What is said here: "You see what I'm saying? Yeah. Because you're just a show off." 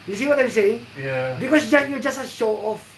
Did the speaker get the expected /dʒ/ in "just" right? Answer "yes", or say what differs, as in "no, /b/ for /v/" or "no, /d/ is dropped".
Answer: yes